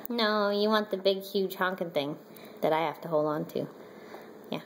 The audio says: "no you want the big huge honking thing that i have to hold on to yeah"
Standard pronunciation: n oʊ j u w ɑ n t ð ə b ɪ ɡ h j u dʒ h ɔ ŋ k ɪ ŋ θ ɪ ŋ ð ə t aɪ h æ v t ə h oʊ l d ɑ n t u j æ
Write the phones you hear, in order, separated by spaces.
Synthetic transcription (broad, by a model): n oʊ j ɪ w ɑ n ð ə b ɪ ɡ h j u dʒ h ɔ ŋ k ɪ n θ ɪ ŋ ð ə t aɪ h æ f t ə h oʊ l d n t u j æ